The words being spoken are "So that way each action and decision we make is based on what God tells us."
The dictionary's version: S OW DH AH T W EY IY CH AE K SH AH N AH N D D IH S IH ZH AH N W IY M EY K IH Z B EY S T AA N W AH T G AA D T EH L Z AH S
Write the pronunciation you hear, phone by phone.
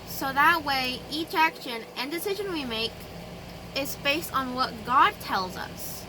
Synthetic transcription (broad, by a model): S OW DH AH T W EY IY CH AE K SH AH N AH N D D IH S IH ZH AH N W IY M EY K IH Z B EY S T N W AH T G AA D T EH L Z AH S